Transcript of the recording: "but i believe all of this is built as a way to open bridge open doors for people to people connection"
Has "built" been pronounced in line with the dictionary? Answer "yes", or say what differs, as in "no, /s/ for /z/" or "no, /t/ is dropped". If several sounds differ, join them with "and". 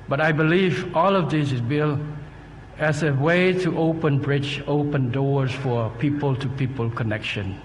no, /t/ is dropped